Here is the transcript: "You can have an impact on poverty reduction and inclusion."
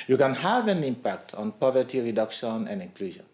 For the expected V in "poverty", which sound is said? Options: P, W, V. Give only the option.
V